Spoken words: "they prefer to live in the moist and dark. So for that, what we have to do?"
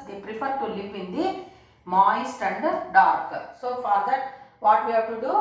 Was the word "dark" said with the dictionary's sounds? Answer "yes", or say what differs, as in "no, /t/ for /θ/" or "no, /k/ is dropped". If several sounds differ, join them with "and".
yes